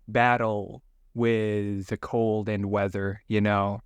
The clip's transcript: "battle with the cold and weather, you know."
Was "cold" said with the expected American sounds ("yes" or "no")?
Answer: yes